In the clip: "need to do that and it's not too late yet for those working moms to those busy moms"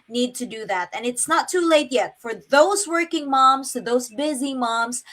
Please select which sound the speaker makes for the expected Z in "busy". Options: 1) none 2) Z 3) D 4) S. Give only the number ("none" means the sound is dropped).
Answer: 2